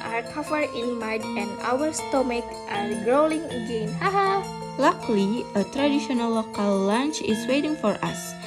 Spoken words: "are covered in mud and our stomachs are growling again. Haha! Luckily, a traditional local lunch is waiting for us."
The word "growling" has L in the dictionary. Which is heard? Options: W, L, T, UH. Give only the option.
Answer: L